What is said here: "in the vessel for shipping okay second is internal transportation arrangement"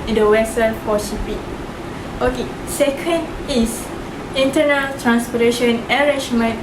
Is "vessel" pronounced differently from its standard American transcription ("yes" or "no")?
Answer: yes